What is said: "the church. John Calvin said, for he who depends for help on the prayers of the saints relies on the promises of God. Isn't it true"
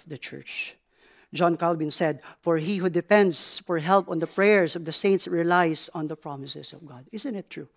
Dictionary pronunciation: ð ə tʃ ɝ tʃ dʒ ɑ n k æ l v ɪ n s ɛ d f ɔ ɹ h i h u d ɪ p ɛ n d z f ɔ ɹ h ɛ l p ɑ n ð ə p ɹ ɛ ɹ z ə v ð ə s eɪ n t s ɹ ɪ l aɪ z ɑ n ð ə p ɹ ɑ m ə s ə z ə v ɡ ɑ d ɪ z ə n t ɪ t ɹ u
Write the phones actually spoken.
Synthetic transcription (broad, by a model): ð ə tʃ ɝ tʃ dʒ ɑ n k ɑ l b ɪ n s ɛ d f ɔ ɹ h i h u d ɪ p ɛ n d s f ɔ ɹ h ɛ l p ɑ n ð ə p ɹ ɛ ɹ s ə v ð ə s eɪ n t s ɹ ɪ l aɪ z ɑ n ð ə p ɹ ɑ m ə s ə s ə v ɡ ɑ d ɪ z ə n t ɪ t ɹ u